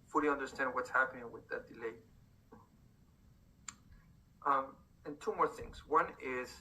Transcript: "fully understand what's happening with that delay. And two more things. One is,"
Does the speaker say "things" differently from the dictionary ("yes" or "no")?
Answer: no